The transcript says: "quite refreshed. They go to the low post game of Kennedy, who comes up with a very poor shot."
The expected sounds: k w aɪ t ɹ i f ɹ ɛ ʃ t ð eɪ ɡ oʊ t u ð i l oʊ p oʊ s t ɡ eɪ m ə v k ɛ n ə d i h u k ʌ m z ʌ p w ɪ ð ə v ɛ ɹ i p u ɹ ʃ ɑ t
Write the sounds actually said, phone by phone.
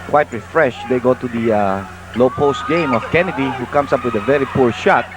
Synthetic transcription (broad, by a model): k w aɪ t ɹ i f ɹ ɛ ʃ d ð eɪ ɡ oʊ t u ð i l oʊ p oʊ s t ɡ eɪ m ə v k ɛ n ə d i h u k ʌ m s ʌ p w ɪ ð ə v ɛ ɹ i p u ɹ ʃ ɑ t